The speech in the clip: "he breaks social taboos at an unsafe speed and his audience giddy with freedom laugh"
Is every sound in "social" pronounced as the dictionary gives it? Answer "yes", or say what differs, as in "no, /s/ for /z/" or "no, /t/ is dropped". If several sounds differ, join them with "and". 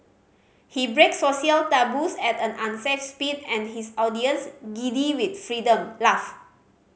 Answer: no, /ʃ/ is dropped